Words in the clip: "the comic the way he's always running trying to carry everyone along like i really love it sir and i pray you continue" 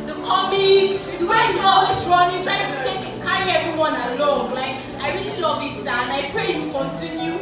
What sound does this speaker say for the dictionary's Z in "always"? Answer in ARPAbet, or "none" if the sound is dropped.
S